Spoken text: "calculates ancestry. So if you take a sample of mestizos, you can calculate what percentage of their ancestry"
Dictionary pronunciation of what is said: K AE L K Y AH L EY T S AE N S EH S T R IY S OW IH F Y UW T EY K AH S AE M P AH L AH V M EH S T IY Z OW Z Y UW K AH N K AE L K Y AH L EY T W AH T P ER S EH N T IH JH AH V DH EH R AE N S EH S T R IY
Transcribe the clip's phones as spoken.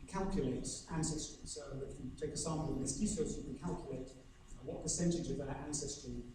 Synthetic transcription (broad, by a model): K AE L K Y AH L EY T S AE N S EH S T R IY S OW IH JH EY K AH S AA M AH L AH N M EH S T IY S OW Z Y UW K AH N K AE L K Y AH L EY T W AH T P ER S EH N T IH JH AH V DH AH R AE N S EH S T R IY